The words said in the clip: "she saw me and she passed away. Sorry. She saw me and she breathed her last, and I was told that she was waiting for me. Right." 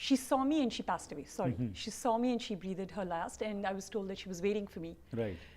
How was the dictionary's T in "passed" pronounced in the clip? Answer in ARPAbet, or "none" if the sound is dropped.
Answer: T